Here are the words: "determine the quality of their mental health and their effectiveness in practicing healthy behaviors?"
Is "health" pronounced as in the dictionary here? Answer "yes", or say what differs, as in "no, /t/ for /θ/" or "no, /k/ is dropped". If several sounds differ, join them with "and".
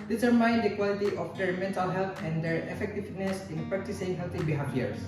no, /t/ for /θ/